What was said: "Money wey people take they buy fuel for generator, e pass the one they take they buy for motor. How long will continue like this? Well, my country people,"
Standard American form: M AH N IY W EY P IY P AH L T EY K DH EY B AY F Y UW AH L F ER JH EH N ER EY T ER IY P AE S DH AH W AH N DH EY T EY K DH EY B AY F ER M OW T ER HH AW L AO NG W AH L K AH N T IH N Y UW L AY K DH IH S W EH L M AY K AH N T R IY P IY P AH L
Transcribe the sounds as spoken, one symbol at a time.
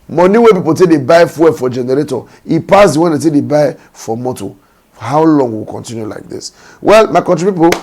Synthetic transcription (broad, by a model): M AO N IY W EY P IY P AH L T EY K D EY B AY F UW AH F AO JH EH N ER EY T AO IY P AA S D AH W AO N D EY T EY K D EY B AY F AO M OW T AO HH AW L AO NG W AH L K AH N T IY N Y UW L AY K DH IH S W EH L M AY K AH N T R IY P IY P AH